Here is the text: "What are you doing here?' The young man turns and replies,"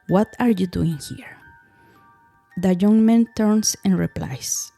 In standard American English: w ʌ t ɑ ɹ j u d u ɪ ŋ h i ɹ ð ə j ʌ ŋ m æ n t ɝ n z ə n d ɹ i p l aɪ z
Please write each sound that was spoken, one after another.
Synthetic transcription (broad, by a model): w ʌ t ɑ ɹ j u d u ɪ ŋ h i ɹ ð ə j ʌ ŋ m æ n t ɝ n s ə n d ɹ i p l aɪ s